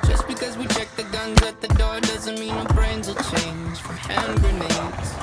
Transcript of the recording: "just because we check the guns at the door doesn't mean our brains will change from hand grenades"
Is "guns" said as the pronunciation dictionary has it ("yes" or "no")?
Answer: yes